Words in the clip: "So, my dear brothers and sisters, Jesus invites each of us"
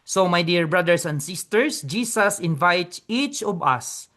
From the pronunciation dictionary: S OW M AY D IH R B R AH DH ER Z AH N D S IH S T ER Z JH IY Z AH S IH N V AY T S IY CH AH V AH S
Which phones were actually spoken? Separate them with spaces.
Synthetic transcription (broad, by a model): S OW M AY D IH R B R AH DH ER S AH N D S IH S T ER S JH IY S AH S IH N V AY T IY CH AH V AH S